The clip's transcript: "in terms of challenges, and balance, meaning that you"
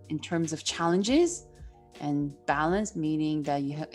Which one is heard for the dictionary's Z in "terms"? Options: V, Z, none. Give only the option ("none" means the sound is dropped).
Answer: Z